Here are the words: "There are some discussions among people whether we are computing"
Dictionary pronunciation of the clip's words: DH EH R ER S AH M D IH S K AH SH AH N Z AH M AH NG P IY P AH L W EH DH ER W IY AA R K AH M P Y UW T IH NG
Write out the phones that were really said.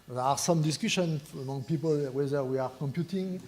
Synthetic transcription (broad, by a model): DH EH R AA S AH M D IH S K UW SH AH N AH M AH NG P IY P AH L W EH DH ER W IY AA R K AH M P Y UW T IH NG